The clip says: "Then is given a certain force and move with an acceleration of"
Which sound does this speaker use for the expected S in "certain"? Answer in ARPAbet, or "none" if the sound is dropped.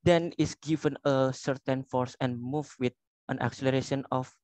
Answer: S